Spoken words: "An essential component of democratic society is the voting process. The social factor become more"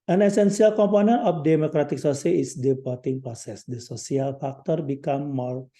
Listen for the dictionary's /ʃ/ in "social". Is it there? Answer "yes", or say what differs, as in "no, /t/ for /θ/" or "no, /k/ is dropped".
no, /s/ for /ʃ/